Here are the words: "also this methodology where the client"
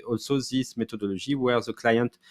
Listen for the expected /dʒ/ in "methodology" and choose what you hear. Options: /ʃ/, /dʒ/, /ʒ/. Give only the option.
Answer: /ʒ/